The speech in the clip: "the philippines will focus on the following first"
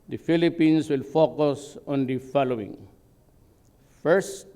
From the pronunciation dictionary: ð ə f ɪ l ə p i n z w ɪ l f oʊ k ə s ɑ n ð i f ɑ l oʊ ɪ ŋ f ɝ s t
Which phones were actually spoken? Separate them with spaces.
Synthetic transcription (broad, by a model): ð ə f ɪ l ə p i n s w ɪ l f oʊ k ə s ɑ n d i f ɑ l oʊ ɪ ŋ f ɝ s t